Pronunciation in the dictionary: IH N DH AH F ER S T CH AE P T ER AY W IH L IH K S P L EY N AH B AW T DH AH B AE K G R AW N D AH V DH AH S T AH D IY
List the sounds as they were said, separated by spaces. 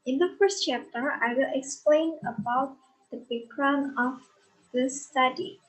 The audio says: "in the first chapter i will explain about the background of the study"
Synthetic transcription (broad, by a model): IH N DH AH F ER S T CH AE P T ER AY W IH L IH K S P L EY N AH B AW T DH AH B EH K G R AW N AH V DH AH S T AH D IY